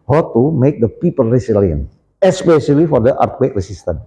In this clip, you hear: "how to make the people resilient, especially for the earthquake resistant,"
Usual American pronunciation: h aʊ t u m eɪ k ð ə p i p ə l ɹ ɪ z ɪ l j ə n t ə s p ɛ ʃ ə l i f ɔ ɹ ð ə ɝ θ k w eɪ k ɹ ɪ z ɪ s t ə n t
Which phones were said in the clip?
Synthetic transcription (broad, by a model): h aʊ t u m eɪ k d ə p i p ə l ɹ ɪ s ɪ l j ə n ə s p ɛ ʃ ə l i f ɔ ɹ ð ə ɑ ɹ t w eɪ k ɹ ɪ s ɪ s t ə n